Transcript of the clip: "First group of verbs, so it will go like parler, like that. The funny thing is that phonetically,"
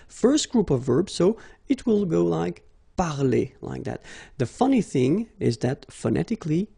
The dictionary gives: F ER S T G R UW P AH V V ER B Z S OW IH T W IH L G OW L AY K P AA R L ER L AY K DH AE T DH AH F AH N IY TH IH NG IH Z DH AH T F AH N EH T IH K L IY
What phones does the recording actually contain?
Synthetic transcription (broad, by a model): F ER S T G R UW P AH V V ER B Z S OW IH T W IH L G OW L AY K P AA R L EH L AY K DH AE T DH AH F AH N IY TH IH NG IH Z DH AH T F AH N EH T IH K L IY